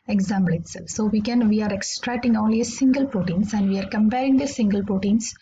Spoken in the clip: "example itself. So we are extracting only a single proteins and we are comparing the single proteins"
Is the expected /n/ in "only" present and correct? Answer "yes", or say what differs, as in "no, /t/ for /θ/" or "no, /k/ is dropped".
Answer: no, /n/ is dropped